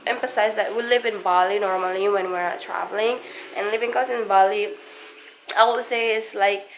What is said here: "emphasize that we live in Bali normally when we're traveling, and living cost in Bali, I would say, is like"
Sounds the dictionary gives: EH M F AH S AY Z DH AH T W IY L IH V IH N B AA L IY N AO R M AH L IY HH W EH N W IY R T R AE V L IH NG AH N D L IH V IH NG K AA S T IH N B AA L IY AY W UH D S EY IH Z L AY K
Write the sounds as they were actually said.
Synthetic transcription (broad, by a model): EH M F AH S AY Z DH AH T W IY L IH V IH N B AA L IY N AO R M AH L IY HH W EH N W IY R T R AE V L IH NG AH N L IH V IH NG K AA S IH N B AA L IY AY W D S EY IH S L AY K